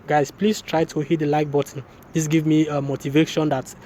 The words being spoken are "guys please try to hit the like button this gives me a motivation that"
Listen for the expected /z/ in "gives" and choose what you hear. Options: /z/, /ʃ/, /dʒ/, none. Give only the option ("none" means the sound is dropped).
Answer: none